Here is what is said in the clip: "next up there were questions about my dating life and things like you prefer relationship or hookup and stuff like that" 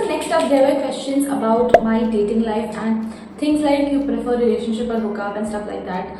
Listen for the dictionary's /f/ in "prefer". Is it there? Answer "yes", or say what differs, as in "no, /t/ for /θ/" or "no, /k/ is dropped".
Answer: yes